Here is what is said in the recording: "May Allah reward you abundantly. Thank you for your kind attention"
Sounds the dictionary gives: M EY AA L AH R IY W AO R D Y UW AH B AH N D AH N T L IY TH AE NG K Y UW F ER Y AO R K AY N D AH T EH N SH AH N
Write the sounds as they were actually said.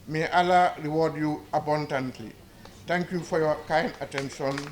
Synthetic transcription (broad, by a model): M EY AA L AH R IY W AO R D Y UW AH B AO N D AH N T L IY T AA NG K Y UW F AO Y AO K AY N D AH T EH N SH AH N